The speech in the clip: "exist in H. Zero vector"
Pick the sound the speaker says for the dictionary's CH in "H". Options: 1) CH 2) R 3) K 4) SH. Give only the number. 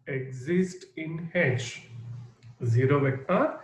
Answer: 4